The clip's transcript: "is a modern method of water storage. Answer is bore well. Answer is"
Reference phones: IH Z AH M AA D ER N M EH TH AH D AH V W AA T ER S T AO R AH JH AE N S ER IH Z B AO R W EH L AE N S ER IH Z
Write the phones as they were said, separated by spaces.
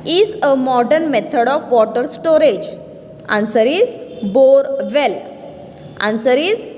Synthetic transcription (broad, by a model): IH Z AH M AA D ER N M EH T AH D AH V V AA T ER S T AO R AH JH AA N S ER IH Z B AO R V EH L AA N S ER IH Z